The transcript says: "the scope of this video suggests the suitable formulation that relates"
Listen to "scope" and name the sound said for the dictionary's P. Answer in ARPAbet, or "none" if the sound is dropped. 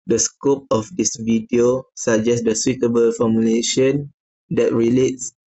P